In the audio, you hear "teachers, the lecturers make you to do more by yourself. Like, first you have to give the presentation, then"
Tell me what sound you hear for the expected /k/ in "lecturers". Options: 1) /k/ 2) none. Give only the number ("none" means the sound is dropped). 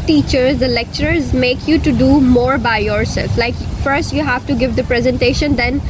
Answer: 1